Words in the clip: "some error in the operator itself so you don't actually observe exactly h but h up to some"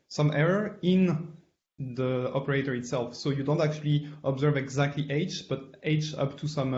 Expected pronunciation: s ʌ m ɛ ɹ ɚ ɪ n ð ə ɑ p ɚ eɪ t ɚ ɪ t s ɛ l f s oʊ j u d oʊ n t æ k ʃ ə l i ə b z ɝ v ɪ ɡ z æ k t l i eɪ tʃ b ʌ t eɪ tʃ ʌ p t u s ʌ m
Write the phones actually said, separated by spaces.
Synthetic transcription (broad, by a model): s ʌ m ɛ ɹ ɚ ɪ n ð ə ɑ p ɚ eɪ t ɚ ɪ t s ɛ l f s oʊ j u d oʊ n t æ k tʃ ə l i ə b z ɝ v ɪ ɡ z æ k t l i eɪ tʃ b ʌ t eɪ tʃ ʌ p t u s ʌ m